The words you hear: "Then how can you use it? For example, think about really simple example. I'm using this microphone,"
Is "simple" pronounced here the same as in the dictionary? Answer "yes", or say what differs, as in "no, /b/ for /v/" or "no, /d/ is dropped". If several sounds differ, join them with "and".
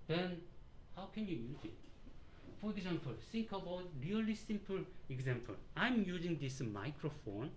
yes